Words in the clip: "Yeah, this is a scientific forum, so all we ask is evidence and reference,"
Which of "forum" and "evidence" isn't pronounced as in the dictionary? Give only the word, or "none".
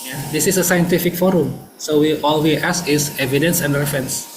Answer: none